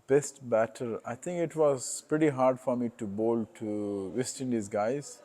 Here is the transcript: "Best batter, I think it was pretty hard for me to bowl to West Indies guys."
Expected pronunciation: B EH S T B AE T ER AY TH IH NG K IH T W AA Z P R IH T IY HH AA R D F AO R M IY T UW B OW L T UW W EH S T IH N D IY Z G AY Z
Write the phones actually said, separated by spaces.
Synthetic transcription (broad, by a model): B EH S T B AE T ER AY T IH NG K IH T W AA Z P R IH T IY HH AA R D F AO R M IY T UW B OW L T UW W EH S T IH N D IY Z G AY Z